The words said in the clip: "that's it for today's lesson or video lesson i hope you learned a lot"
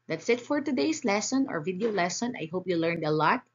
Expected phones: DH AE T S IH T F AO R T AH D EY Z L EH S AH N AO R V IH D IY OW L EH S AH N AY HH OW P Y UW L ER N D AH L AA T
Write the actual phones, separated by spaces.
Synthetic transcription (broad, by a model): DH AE T S IH T F AO R T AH D EY S L EH S AH N AO R V IH D IY OW L EH S AH N AY HH OW P Y UW L ER N D AH L AA T